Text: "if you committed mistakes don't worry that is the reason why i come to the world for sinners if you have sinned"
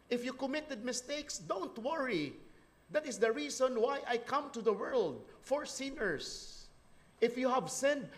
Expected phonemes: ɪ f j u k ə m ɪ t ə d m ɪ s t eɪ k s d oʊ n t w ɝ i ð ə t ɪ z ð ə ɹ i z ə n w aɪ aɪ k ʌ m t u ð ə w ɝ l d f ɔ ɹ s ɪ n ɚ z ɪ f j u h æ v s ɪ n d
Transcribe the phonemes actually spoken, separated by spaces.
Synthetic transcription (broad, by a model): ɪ f j u k ə m ɪ t ə d m ɪ s t eɪ k s d oʊ n t w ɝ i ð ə t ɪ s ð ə ɹ i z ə n w aɪ aɪ k ʌ m t u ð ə w ɝ l d f ɔ ɹ s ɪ n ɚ s ɪ f j u h æ v s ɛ n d